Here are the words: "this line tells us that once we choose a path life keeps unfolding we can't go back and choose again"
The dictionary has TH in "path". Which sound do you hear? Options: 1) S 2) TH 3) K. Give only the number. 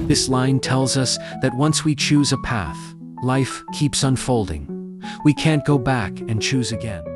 2